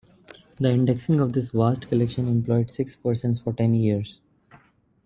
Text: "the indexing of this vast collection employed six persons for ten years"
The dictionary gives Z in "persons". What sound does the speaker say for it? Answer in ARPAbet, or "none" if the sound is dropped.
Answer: S